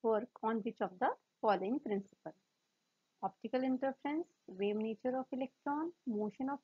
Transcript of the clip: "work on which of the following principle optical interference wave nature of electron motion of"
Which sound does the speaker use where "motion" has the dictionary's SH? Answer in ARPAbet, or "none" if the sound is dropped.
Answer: SH